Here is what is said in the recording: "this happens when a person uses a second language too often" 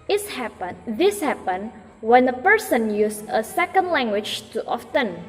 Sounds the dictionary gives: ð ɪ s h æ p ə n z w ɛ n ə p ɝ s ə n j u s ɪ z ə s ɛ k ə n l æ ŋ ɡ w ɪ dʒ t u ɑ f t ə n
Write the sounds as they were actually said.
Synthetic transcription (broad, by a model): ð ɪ s h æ p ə n w ɛ n ə p ɝ s ə n j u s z ə s ɛ k ə n l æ ŋ ɡ w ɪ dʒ t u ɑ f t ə n